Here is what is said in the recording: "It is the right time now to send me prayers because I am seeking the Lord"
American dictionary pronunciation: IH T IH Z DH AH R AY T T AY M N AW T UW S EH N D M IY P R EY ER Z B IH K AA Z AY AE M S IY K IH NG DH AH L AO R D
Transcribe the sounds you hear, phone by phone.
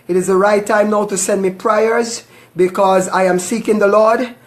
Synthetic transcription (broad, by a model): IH T IH Z DH AH R AY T T AY M N AW T UW S EH N D M IY P R EY ER Z B IH K AA Z AY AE M S IY K IH NG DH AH L AO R D